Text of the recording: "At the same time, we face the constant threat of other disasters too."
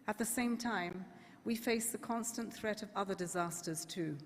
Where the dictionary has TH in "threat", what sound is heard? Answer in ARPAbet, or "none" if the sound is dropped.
TH